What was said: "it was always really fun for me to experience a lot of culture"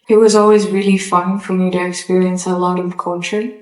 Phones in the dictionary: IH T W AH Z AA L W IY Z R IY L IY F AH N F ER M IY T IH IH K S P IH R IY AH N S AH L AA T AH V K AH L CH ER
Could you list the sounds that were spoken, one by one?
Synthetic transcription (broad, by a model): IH T W AH Z AA L W IY Z R IY L IY F AH N F ER M IY T IH IH K S P IH R IY AH N S AH L AA T AH V K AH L CH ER